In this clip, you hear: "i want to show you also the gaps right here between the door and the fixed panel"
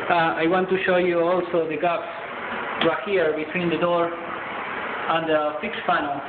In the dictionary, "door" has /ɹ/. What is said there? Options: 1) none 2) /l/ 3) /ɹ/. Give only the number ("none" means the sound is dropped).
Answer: 3